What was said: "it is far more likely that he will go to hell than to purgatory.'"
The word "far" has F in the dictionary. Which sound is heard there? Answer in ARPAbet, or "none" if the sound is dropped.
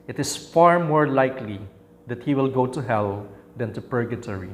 F